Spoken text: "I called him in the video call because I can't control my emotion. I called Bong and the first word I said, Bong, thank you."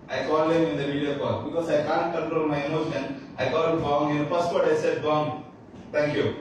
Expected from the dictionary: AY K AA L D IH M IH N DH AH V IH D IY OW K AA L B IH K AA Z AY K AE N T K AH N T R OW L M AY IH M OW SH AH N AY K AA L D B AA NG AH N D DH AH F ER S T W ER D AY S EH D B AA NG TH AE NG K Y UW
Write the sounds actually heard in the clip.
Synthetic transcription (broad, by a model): AY K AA L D IH M IH N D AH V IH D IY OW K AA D B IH K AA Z AY K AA N T K AH N T R OW L M AY IH M OW SH AH N AY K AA L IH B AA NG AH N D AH P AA S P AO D AY S EH D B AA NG T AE NG K Y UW